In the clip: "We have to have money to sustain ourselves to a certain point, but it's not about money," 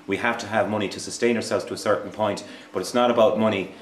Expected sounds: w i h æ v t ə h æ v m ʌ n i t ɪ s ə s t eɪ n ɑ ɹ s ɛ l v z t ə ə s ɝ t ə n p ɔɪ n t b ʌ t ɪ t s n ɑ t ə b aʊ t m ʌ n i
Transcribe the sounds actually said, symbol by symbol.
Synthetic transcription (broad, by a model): w i h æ f t ə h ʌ v m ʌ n i t ɪ s ə s t eɪ n ɑ ɹ s ɛ l v z t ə ə s ɝ t n p ɔɪ n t b ʌ t ɪ t s n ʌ t ə b aʊ t m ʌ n i